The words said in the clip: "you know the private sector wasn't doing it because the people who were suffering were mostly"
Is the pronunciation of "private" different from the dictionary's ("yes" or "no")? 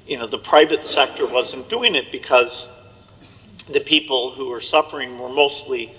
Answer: no